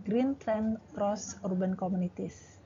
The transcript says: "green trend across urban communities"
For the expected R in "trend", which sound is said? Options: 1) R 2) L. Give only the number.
2